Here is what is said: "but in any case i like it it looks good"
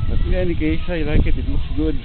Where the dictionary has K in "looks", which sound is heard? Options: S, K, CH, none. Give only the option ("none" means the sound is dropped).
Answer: none